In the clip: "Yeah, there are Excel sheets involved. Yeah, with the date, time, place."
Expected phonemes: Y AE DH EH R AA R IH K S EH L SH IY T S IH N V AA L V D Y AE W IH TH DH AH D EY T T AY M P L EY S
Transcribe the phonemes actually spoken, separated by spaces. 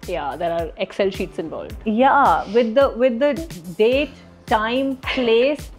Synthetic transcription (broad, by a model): Y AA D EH R AA R IH K S EH L SH IY T S IH N V AA L V D Y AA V IH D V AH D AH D T AY M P L EY S